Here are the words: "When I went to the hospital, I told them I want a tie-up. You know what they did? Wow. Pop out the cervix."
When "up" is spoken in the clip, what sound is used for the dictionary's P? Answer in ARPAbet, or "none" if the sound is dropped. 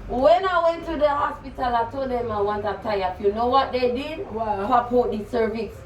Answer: F